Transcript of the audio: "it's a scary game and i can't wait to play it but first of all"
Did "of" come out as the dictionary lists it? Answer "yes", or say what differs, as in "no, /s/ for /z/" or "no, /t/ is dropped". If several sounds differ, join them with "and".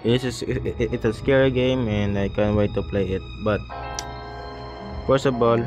no, /b/ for /v/